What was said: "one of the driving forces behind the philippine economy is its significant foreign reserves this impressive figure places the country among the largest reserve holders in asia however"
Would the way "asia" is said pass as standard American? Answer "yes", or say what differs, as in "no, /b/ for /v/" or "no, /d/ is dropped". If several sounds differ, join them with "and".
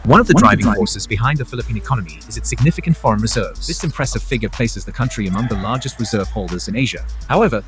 yes